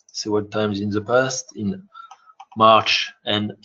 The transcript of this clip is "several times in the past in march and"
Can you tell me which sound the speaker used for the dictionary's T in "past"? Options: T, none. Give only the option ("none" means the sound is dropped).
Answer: T